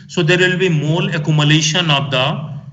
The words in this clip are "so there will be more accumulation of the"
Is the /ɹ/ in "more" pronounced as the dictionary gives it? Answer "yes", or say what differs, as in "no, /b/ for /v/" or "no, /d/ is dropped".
no, /l/ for /ɹ/